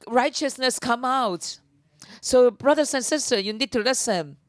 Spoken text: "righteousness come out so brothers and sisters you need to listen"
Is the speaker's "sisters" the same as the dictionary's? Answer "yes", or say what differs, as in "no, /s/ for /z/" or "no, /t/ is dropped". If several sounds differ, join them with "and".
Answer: no, /z/ is dropped